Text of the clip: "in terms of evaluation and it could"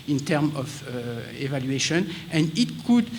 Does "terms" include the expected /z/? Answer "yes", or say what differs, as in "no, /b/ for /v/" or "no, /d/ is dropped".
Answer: no, /z/ is dropped